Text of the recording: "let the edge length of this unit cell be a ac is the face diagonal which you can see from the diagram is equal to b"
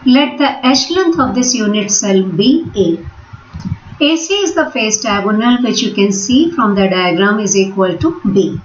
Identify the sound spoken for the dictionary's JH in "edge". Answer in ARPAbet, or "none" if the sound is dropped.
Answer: SH